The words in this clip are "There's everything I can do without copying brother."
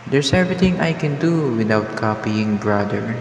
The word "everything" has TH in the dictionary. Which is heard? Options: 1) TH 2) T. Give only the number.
2